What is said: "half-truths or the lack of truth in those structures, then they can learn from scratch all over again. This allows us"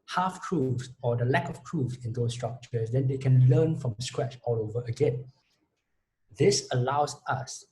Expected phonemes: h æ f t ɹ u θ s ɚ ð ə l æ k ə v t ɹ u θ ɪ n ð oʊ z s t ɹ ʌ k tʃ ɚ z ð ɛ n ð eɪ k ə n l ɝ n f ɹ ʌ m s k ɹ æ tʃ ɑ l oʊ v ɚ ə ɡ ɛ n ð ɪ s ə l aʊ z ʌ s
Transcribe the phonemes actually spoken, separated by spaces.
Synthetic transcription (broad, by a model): h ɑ f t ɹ u f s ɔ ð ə l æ k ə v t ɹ u s ɪ n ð oʊ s t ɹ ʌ k tʃ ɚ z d ɛ n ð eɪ k ə n l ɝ n f ɹ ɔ m s k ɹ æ tʃ ɑ l oʊ v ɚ ə ɡ ɛ n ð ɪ s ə l aʊ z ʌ s